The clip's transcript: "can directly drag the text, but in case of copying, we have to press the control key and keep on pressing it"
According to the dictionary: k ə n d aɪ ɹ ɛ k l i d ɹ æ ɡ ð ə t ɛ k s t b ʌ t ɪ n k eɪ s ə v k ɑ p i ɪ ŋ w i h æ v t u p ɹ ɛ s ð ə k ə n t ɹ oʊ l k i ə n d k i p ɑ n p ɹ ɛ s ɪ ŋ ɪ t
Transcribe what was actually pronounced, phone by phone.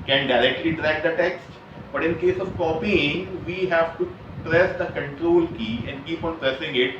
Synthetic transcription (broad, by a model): k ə n d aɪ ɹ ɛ k l i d ɹ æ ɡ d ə t ɛ k s t b ʌ t ɪ n k eɪ s ə v k ɑ p i ɪ ŋ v i h æ v t u p ɹ ɛ s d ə k ə n t ɹ oʊ l k i ə n d k i p ɑ n p ɹ ɛ s ɪ ŋ ɪ t